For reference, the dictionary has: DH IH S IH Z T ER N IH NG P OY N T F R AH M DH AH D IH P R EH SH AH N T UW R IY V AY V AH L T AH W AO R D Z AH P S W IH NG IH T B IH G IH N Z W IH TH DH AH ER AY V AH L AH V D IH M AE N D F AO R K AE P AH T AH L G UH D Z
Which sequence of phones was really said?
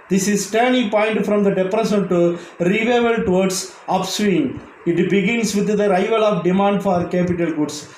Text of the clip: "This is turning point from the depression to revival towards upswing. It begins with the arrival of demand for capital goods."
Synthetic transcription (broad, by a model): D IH S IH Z T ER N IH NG P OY N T F R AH M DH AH D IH P R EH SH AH N T UW R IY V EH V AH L T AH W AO R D S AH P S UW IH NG IH T B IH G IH N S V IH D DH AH ER AY V AH L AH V D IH M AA N D F AO R K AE P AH T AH L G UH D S